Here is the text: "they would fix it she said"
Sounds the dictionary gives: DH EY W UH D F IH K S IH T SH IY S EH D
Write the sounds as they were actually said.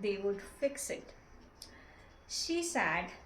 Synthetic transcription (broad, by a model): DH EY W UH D F IH K S IH T SH IY S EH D